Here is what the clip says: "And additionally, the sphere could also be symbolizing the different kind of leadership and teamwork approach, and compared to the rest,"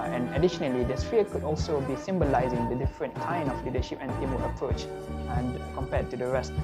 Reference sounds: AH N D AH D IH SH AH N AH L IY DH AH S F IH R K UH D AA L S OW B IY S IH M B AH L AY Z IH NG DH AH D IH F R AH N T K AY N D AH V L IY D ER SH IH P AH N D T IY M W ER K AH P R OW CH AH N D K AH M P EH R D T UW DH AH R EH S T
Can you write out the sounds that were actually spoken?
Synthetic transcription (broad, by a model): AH N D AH D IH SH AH N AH L IY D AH S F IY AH K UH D AA L S OW B IY S IH M B AH L AY Z IH NG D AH D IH F R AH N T K AY N AH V L IY D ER SH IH P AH N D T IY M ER AH P R OW CH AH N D K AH M P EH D T UW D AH R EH S T